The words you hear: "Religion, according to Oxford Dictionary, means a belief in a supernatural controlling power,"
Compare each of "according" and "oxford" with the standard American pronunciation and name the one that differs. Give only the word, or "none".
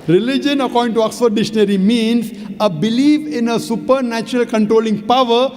oxford